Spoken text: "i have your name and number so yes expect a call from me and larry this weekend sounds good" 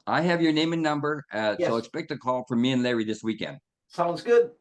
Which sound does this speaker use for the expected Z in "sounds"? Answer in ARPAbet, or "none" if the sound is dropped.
Z